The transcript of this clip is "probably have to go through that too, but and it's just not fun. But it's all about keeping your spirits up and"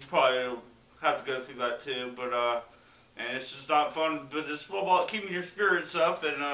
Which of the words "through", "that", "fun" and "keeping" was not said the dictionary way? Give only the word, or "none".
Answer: none